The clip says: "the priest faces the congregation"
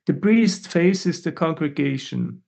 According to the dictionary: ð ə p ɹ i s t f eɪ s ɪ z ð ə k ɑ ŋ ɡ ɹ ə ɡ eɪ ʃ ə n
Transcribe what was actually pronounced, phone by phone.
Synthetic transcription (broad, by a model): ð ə b ɹ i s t f eɪ s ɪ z ð ə k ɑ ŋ ɡ ɹ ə ɡ eɪ ʃ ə n